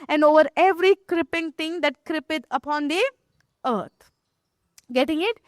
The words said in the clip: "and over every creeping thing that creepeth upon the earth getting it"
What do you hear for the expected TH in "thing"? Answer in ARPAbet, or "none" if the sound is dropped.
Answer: T